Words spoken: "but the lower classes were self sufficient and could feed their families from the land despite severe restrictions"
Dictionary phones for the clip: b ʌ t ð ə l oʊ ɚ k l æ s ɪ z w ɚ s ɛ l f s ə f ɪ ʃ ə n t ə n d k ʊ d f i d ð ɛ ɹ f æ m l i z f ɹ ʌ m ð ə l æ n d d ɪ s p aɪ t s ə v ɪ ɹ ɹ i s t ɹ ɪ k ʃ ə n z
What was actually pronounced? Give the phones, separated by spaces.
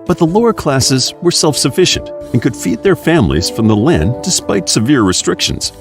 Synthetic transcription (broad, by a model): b ʌ t ð ə l oʊ ɚ k l æ s ɪ z w ɚ s ɛ l f s ə f ɪ ʃ ə n t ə n k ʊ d f i d ð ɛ ɹ f æ m l i z f ɹ ʌ m ð ə l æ n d d ɪ s p aɪ t s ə v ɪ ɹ ɹ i s t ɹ ɪ k ʃ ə n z